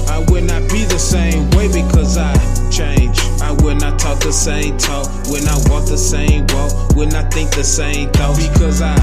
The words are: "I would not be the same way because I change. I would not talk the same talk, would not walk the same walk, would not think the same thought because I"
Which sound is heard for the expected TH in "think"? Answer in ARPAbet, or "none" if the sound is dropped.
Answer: TH